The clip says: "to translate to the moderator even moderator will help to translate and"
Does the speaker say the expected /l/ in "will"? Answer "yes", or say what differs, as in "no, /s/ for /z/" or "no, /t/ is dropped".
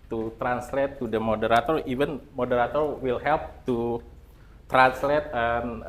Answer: yes